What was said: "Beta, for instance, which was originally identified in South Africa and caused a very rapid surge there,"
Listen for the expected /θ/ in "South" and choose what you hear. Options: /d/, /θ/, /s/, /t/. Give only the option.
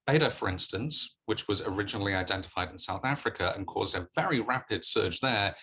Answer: /θ/